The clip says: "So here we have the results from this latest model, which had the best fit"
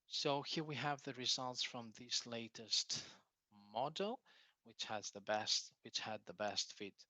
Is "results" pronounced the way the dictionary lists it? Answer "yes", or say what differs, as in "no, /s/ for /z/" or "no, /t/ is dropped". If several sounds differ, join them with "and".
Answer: yes